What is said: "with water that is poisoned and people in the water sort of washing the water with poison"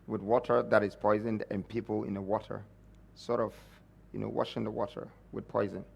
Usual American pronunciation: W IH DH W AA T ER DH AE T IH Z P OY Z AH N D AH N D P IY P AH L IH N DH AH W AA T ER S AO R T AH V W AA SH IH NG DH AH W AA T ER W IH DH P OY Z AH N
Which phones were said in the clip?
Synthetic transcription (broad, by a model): W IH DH W AA T ER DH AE T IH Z P OY Z AH N D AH N P IY P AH L IH N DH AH W AA T ER S AO R T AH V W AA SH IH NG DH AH W AA T ER W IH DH P OY Z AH N